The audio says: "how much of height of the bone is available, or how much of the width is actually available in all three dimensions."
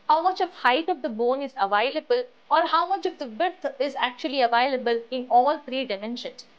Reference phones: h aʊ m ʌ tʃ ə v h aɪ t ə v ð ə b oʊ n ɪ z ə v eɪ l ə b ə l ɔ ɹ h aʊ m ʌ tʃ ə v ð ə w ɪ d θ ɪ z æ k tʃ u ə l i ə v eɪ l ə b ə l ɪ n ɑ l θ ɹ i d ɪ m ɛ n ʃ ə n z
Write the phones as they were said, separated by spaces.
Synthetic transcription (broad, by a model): h aʊ m ʌ tʃ ə v h aɪ t ə v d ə b oʊ n ɪ z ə v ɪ l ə b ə l ɔ ɹ h aʊ m ʌ tʃ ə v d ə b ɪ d t ɪ z æ k tʃ u ə l i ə v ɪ l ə b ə l ɪ n ɑ l t ɹ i d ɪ m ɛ n ʃ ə n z